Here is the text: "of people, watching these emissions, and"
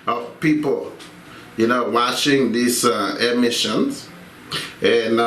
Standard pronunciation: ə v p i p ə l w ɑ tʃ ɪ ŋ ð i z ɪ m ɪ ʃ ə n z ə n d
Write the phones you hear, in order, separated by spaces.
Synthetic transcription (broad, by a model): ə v p i p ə n w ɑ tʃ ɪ ŋ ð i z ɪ m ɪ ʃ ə n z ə n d